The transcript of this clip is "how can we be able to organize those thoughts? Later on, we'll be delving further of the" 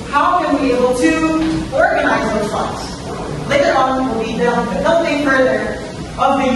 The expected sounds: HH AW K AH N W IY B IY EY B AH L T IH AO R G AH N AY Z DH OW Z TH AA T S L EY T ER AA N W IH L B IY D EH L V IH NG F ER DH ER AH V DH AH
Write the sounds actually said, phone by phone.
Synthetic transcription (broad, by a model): HH AW K AH N W IY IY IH B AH L T IH AO R G AH N AY Z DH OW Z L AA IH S L EY T ER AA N W IH L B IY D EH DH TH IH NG F ER DH ER AH V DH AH